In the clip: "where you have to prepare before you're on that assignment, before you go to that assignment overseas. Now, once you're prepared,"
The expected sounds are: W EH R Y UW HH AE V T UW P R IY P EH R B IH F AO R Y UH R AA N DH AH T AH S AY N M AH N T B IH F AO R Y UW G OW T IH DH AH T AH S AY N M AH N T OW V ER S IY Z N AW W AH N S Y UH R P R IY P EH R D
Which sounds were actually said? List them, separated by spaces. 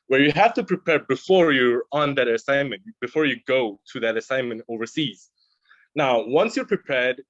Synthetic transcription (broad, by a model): W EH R Y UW HH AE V T UW P R IY P EH R B IH F AO R Y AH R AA N DH AH T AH S AY N M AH N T B IH F AO R Y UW G OW T IH DH AH T AH S AY N M AH N T OW V ER S IY Z N AW W AH N S Y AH R P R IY P EH R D